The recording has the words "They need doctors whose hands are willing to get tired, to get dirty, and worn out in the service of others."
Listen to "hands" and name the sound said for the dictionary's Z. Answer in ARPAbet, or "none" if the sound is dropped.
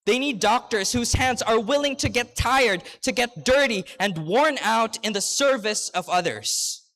Z